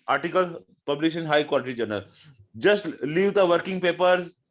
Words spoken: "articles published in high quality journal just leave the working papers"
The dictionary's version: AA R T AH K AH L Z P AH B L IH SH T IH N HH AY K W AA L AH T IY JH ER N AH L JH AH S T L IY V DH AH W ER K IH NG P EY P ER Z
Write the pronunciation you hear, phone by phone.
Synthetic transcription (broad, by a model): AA R T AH K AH L P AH B L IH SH IH N HH AY K W AA L AH T IY JH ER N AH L JH AH S T L IY V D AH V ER K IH NG P EY P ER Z